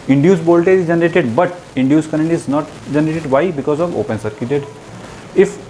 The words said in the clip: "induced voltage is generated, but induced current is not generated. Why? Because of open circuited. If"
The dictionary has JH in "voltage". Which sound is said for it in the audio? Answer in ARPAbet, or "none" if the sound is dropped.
none